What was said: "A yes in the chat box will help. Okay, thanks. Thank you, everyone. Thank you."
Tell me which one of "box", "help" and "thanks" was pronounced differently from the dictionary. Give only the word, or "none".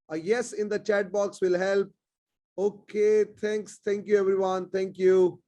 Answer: thanks